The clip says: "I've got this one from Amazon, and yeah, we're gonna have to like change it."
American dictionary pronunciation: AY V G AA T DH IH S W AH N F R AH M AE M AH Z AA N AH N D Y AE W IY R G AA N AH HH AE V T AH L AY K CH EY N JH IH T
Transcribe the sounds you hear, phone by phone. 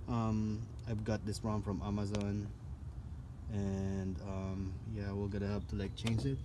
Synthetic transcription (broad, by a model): AY V G AA T DH IH S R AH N F R AH M AE M AH Z AA N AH N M Y AE W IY L G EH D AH HH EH P T AH L AY K CH EY N JH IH T